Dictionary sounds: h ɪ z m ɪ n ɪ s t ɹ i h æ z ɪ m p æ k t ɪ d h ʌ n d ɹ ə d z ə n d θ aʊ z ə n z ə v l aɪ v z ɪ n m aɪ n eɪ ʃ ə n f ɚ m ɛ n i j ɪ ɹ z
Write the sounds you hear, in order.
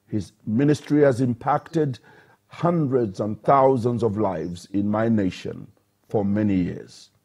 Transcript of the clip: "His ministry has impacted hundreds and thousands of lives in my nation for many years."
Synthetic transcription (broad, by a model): h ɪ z m ɪ n ɪ s t ɹ i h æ z ɪ m p æ k t ɪ d h ʌ n d ɹ ə d z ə n θ aʊ z ə n z ə v l aɪ v z ɪ n m aɪ n eɪ ʃ ə n f ɚ m ɛ n i j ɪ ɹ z